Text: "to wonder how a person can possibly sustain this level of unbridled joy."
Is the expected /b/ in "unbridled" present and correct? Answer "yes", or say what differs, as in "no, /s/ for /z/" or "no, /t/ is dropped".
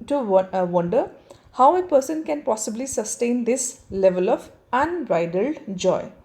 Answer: no, /b/ is dropped